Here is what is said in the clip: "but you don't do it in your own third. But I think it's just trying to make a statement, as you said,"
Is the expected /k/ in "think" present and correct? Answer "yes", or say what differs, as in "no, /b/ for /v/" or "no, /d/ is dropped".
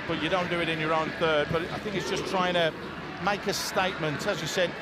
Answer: yes